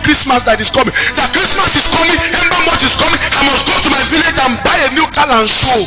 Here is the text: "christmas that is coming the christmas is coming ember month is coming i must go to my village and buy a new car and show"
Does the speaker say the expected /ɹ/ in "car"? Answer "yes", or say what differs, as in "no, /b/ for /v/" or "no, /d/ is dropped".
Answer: no, /l/ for /ɹ/